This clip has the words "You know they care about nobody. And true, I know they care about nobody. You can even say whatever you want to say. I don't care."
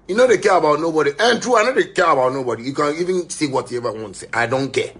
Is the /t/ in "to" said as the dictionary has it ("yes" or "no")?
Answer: no